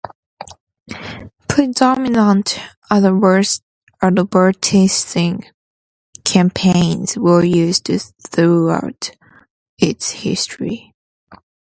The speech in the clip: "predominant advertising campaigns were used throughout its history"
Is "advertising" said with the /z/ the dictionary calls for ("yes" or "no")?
no